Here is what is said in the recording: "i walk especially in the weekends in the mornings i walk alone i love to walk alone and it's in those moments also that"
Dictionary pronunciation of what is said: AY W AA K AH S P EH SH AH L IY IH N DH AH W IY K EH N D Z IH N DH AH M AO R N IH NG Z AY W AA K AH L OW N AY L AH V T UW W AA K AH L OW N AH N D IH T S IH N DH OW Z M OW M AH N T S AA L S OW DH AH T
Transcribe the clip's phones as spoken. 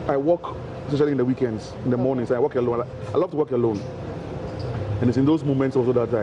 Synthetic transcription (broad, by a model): AY W AA K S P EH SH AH L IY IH N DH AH W IY K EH N D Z IH N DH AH M AO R N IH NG S AY W AA K AH L OW N AY L AH V T UW W AA K AH L OW N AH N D IH T S IH N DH OW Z M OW M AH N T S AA S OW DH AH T